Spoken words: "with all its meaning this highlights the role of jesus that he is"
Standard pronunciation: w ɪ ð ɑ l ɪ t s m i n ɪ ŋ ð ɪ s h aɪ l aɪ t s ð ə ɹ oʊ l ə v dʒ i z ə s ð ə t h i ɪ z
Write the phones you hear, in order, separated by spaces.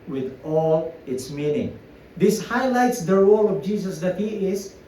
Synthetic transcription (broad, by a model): w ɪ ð ɑ l ɪ t s m i n ɪ ŋ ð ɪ s h aɪ l aɪ t s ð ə w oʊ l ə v dʒ i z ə s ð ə t h i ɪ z